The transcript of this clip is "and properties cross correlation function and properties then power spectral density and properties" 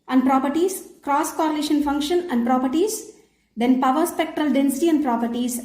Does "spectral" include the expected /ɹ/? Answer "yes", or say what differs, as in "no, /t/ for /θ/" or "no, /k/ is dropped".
yes